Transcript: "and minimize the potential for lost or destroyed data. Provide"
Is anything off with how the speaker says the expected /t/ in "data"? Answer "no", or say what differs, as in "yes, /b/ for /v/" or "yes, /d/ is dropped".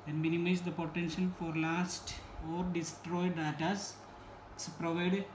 yes, /s/ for /t/